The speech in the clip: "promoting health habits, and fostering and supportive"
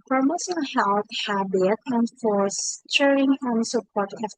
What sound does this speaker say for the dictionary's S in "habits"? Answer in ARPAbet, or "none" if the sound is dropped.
none